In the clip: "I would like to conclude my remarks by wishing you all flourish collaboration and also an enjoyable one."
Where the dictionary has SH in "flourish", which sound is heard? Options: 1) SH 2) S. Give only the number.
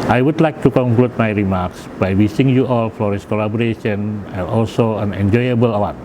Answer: 2